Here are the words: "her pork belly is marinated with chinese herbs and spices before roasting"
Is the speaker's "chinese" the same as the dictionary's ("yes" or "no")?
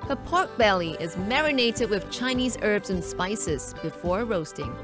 yes